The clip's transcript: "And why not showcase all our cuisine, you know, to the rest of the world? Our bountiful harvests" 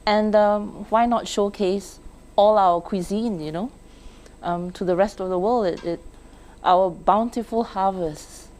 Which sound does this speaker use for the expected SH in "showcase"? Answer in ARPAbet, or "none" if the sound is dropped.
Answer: SH